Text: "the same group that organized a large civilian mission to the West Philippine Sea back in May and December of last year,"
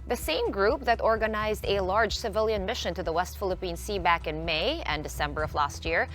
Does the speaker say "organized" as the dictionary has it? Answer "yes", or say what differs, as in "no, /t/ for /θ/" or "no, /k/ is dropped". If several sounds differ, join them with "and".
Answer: yes